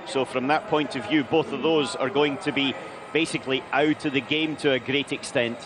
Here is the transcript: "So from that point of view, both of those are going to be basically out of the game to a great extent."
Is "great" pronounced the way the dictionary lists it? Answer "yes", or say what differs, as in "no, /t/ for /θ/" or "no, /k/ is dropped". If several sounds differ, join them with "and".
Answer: yes